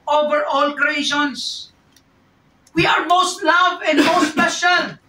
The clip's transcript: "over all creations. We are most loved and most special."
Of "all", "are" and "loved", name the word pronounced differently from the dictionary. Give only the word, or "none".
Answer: loved